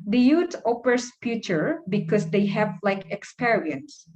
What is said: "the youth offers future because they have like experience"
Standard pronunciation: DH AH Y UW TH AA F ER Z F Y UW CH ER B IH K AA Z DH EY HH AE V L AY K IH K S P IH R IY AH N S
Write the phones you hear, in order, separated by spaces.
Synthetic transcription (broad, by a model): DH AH Y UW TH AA P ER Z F Y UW CH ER B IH K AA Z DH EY HH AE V L AY K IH K S P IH R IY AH N S